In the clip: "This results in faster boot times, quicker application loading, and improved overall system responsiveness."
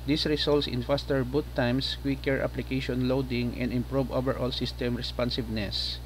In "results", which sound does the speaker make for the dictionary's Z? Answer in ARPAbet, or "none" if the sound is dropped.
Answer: S